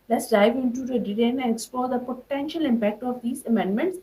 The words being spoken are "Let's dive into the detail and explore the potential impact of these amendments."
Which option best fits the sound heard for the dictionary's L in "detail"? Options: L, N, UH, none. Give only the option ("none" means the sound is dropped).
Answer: N